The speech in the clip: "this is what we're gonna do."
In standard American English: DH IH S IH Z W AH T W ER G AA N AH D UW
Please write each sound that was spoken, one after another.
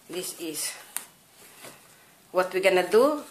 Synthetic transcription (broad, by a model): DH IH S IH S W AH T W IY G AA N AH D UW